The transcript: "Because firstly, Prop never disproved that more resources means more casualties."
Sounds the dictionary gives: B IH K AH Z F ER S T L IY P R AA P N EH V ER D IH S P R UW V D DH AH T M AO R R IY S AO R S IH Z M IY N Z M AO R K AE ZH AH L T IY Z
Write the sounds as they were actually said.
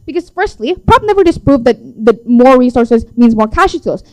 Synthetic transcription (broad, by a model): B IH K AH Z F ER S T L IY P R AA B N EH V ER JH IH S P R UW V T DH AH T M AO R R IY S AO R S IH Z M IY N Z M AO R K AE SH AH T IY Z